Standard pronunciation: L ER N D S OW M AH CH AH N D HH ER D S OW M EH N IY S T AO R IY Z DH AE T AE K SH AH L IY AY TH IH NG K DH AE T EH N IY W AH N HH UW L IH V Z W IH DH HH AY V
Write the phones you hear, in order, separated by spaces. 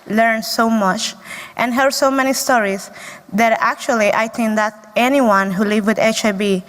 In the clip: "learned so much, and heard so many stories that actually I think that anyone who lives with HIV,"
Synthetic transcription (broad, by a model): L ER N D S OW M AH CH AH N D HH ER D S OW M EH N IY S T AO R IY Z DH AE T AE K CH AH L IY AY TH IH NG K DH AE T EH N IY W AH N HH UW L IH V W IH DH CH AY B